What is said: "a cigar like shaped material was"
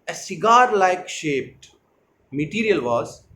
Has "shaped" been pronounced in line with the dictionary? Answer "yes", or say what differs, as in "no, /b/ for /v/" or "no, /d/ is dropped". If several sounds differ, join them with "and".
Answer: yes